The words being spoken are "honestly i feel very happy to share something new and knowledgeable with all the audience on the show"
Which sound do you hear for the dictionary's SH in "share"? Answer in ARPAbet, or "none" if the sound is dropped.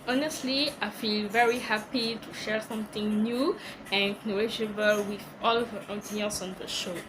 SH